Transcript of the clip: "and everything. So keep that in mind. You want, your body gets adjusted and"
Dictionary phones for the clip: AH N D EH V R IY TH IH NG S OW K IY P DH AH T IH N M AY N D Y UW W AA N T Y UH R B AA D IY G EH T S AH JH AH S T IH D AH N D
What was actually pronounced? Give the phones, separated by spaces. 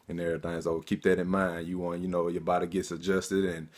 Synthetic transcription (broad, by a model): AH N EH R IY T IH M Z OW K IY P DH AH T IH N M AY N D Y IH W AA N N Y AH R B AA D IY G EH T S AH JH AH S T IH D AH N